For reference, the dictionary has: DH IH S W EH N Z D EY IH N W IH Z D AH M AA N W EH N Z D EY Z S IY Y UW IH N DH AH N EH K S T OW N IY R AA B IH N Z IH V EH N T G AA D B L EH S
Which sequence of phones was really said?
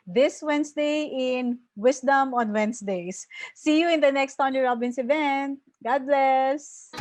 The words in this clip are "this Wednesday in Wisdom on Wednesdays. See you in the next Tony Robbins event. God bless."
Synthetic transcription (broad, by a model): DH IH S W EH N S D EY IH N W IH S D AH M AA N W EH N S D EY S IY Y UW IH N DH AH N EH K S T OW N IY R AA B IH N S IH V EH N T G AA D B L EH S